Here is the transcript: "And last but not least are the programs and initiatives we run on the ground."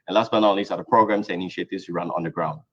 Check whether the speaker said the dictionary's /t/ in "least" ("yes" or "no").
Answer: no